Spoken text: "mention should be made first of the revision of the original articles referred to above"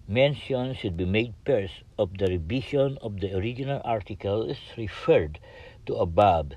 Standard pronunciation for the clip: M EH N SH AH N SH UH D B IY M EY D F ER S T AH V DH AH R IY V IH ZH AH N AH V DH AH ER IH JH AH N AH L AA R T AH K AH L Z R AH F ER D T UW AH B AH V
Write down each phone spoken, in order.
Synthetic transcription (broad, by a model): M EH N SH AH N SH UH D B IY M EY D P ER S AH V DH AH R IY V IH SH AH N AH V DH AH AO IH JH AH N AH L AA R T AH K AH L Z R AH F ER D T UW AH B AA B